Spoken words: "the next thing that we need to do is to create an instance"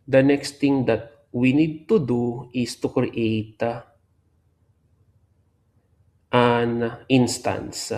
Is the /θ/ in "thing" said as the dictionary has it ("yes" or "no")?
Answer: no